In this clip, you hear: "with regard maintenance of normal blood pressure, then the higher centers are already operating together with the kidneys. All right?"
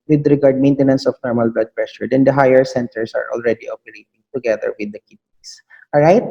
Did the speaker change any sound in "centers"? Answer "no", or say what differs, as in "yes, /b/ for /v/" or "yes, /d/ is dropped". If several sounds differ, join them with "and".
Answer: yes, /s/ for /z/